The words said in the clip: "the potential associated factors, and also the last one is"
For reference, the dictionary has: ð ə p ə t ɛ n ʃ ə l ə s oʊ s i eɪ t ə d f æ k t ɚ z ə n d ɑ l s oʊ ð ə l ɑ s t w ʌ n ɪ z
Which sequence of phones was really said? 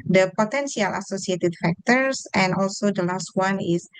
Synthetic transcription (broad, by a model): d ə p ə t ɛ n s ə l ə s oʊ s i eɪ t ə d f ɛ k t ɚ s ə n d ɑ l s oʊ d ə l ɑ s t w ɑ n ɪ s